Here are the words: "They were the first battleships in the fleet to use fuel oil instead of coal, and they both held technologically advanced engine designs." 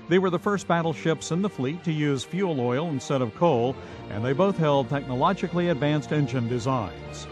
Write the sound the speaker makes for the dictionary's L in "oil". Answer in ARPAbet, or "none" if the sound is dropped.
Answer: L